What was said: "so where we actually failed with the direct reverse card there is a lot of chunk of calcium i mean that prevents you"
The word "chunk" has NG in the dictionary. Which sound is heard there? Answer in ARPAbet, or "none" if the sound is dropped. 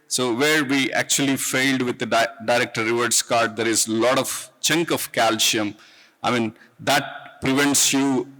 NG